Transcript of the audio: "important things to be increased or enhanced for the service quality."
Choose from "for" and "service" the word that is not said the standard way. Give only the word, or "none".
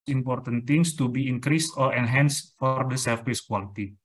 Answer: service